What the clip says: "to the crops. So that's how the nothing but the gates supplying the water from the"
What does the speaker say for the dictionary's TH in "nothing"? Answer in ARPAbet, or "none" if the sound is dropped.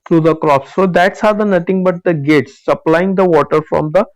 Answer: T